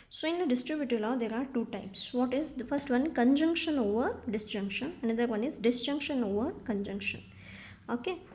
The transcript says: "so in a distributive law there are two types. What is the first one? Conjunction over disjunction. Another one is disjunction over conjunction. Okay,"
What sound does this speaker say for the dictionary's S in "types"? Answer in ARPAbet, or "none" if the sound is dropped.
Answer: S